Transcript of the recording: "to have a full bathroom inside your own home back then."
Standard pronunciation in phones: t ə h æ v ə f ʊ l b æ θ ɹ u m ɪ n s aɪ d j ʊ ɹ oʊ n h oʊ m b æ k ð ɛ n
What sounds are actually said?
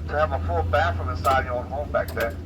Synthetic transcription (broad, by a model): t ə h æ v ə f ʊ l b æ f ɹ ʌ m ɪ s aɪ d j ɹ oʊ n h oʊ m b æ k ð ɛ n